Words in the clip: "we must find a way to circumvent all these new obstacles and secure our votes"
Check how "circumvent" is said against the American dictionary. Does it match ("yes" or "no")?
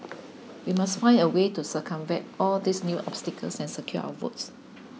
no